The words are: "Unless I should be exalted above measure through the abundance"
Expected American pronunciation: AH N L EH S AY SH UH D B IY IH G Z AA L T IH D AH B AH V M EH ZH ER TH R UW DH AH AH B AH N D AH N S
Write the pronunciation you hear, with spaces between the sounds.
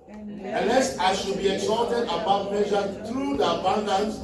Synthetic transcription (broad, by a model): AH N L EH S AY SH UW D B IY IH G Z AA T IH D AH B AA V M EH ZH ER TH R UW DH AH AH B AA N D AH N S